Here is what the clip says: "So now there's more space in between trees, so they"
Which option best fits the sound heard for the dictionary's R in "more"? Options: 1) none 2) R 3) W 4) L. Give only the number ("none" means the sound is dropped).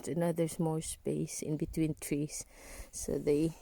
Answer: 4